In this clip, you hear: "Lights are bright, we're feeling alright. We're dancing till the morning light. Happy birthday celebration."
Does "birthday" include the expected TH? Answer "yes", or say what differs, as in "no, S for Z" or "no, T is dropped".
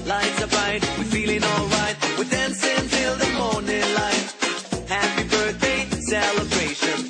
yes